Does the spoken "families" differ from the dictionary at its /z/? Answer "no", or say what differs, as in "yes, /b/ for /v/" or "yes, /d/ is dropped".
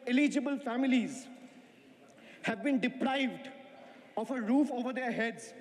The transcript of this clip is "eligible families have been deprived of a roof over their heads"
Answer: no